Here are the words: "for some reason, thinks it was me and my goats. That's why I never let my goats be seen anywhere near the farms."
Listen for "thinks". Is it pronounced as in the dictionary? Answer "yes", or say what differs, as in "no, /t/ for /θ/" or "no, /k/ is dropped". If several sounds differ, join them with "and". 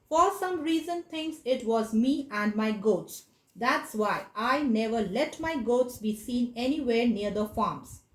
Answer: no, /t/ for /θ/ and /k/ is dropped